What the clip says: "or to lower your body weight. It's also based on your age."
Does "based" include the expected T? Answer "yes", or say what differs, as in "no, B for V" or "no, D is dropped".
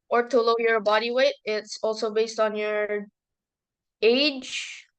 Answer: yes